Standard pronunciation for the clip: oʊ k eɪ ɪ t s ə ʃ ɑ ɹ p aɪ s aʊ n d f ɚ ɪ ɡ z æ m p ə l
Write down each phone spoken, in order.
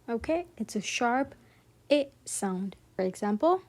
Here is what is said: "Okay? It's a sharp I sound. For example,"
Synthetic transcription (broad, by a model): oʊ k eɪ ɪ t s ə ʃ ɑ ɹ p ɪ s aʊ n d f ɚ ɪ ɡ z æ m p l